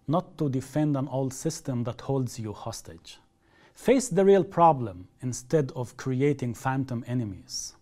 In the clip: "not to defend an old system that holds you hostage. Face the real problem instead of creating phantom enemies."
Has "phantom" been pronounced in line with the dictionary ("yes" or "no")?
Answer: yes